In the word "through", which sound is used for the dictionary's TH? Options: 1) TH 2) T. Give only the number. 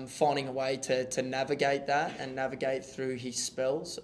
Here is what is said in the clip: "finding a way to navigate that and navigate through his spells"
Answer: 1